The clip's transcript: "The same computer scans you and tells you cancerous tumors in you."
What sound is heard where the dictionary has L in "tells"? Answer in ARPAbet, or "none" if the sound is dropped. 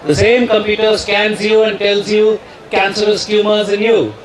L